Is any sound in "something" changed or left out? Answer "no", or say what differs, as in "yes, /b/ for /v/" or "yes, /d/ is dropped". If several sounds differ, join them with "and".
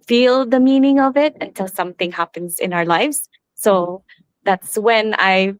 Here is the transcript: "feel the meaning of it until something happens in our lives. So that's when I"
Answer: no